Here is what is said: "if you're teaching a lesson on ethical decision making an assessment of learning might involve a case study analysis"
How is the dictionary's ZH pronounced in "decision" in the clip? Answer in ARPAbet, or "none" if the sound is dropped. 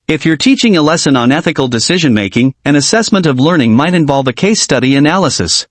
ZH